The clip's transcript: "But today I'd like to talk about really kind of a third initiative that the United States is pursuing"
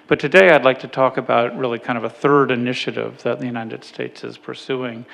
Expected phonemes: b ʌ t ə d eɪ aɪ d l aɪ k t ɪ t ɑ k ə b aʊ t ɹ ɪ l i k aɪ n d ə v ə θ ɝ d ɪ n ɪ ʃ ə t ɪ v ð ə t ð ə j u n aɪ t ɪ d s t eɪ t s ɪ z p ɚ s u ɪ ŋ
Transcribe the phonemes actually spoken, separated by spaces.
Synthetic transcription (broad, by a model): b ʌ t ə d eɪ aɪ d l aɪ k t ɪ t ɑ k ə b aʊ t ɹ ɪ l i k aɪ n d ə v ə θ ɝ d ɪ n ɪ ʃ ə t ɪ v ð ə t ð ə j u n aɪ t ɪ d s t eɪ t s ɪ z p ɚ s u ɪ ŋ